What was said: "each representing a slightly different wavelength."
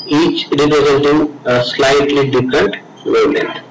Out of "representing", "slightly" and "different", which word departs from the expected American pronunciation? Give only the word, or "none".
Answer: representing